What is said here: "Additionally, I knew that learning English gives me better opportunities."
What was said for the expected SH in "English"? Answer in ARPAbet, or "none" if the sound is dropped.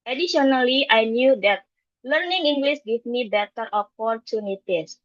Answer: S